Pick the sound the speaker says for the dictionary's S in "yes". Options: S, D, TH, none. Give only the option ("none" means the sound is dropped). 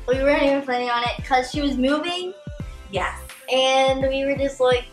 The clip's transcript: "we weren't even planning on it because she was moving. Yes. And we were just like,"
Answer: none